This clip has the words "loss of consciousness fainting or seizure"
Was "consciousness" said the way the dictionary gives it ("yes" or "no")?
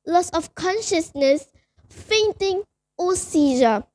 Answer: yes